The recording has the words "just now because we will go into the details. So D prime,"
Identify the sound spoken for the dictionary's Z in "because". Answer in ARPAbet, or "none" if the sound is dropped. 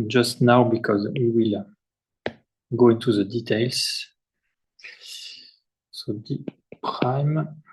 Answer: Z